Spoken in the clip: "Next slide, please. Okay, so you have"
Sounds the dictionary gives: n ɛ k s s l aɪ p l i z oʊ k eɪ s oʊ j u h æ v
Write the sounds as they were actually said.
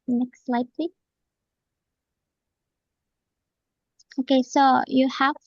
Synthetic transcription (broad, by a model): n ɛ k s s l aɪ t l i oʊ k eɪ s oʊ j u h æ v